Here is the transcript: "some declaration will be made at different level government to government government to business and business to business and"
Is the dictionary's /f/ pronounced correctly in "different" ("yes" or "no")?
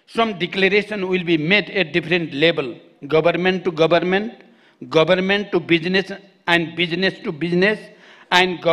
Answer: no